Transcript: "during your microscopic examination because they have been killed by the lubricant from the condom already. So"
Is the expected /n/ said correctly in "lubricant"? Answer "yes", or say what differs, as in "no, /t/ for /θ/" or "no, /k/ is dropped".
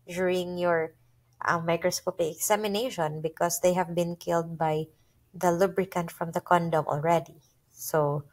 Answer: yes